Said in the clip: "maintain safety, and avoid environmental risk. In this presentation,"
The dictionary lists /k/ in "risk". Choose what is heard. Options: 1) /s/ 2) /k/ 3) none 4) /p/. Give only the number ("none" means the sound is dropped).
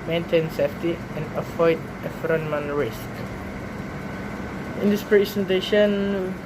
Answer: 2